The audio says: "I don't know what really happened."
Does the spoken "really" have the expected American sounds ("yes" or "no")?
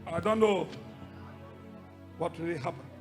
no